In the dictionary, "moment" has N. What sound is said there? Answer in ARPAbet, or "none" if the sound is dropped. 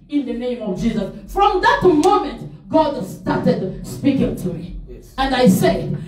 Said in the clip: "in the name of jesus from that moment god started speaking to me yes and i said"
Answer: N